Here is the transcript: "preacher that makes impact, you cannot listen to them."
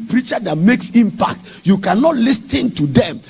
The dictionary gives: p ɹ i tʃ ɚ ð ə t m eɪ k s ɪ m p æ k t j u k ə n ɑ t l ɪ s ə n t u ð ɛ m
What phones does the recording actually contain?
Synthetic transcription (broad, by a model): p ɹ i tʃ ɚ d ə t m eɪ k s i m p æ k t j u k ə n ɑ t l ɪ s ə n t u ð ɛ m